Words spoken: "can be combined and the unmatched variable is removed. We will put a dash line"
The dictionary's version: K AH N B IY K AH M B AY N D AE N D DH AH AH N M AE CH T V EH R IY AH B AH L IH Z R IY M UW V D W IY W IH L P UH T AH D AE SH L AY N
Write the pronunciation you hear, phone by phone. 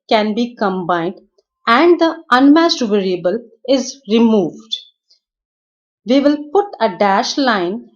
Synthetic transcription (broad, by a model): K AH N B IY K AH M B AY N D AE N D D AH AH N M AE S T V EH R IY AH B AH L IH Z R IY M UW V D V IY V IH L P UH T AH D AE SH L AY N